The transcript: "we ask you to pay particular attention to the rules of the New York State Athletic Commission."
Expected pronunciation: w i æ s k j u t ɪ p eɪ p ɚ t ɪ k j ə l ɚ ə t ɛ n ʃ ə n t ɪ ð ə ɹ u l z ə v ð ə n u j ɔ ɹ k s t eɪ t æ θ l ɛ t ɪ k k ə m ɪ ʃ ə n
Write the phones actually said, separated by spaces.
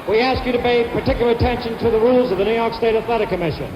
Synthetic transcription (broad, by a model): w i æ s k j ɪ t ɪ p eɪ p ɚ t ɪ k j l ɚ ə t ɛ n ʃ ə n t ɪ ð ə ɹ u l z ə v ð ə n u j ɔ ɹ k s t eɪ t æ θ l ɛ t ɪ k k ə m ɪ ʃ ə n